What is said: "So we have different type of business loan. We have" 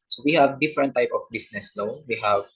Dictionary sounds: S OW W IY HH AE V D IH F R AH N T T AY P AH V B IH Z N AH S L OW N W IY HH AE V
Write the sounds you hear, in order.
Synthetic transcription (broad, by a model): S OW W IY HH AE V D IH F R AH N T T AY P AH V B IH S N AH S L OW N W IY HH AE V